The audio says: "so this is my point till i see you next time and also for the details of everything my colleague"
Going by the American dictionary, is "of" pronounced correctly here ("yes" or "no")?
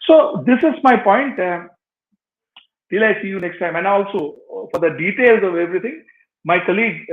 yes